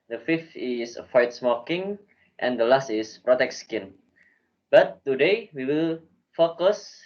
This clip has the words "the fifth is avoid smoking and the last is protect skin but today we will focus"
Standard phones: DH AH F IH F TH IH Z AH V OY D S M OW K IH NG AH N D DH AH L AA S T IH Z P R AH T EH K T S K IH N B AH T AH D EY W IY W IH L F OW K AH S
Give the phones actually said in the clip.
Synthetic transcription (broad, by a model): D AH F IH F T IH S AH F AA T S M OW K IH NG AH N D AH L AA S T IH S P R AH T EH K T S K IH N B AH T AH D EY W IY W IH L F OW K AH S